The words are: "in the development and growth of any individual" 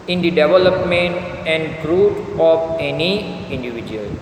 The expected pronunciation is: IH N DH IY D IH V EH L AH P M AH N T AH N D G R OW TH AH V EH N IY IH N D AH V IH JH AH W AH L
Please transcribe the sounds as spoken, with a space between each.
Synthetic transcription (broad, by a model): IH N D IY D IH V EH L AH P M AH N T AH N D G R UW T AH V EH N IY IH N D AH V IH JH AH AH L